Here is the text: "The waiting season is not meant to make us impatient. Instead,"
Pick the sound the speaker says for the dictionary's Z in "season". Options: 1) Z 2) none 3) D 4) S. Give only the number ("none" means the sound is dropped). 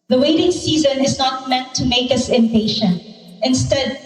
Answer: 1